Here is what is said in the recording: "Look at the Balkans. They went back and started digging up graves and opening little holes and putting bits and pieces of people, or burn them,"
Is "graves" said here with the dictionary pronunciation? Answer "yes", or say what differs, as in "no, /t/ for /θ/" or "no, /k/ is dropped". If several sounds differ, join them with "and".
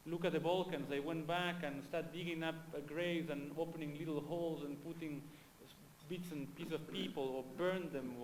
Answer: no, /v/ is dropped